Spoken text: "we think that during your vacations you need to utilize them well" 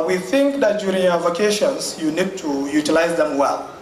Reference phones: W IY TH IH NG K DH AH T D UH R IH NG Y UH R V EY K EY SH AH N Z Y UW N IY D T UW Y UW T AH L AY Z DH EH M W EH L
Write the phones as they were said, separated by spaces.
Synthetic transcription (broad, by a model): W IY TH IH NG K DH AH T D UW R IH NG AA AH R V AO K EY SH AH N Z Y UW N IY D T UW Y UW T AH L AY Z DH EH M W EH L